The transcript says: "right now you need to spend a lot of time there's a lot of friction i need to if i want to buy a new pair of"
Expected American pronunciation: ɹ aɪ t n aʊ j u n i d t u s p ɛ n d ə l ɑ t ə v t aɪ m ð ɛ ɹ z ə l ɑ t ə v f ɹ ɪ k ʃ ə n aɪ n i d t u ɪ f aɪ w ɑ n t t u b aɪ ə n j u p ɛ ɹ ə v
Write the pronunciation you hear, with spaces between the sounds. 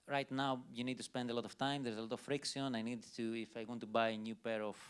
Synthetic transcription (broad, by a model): ɹ aɪ t n aʊ j u n i d t u s p ɛ n d ə l ɑ t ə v t aɪ m ð ɛ ɹ z ə l ɑ t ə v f ɹ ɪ k s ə n aɪ n i d t u ɪ f aɪ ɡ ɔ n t t u b aɪ ə n j u p ɛ ɹ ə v